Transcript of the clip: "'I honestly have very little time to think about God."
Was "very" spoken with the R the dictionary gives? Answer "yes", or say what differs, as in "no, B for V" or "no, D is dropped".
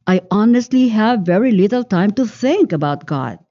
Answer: yes